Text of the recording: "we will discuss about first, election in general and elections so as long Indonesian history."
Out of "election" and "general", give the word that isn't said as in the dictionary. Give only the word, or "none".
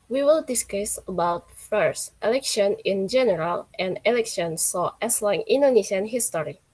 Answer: none